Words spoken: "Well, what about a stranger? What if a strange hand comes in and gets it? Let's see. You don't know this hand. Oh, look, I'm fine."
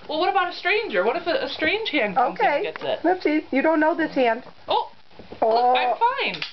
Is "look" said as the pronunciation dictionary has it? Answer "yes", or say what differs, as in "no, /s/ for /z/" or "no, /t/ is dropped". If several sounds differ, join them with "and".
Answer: no, /k/ is dropped